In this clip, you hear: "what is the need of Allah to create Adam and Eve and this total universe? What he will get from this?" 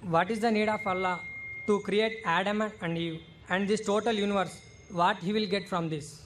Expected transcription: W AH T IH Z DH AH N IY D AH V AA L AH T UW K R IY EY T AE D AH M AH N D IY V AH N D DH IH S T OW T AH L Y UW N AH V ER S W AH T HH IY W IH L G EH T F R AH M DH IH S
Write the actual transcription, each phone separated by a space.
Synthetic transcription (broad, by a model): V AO T IH Z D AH N IY D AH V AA L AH T UW K R IY EY T AE D AH M AH N D IY V AH N D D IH S T OW T AH L Y UW N AH V ER S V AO T HH IY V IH L G EH T F R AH M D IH S